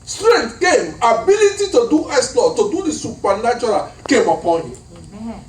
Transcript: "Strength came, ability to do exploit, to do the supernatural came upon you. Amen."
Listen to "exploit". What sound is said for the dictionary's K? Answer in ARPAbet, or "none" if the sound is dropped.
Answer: none